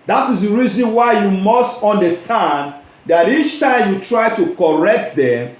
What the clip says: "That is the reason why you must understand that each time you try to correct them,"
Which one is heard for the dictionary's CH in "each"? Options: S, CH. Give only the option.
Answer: CH